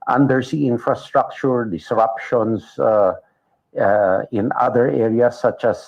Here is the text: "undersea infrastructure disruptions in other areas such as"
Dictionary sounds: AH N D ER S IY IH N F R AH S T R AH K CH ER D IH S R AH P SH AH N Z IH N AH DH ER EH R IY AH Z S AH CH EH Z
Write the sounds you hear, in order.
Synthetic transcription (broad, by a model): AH N D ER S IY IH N F R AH S T R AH K CH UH D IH S R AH P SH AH N S IH N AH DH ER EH R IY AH S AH CH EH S